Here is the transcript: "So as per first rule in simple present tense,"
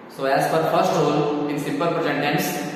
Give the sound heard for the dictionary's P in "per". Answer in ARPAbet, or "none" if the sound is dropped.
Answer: F